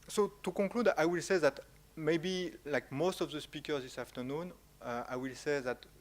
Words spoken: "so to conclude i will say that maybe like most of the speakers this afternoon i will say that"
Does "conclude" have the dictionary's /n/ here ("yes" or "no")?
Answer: no